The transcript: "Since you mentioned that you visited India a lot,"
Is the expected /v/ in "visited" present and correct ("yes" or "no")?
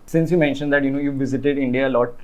yes